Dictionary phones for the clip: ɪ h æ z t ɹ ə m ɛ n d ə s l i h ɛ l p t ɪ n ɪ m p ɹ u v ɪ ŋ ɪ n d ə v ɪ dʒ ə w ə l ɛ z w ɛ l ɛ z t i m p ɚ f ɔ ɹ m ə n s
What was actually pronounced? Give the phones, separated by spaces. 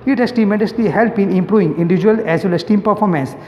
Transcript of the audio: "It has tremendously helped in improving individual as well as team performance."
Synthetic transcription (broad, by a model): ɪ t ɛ s t ə m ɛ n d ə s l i h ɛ l p ɪ n ɪ m p ɹ u v ɪ ŋ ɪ n d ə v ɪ dʒ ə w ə l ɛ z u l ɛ s t i m p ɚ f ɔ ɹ m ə n s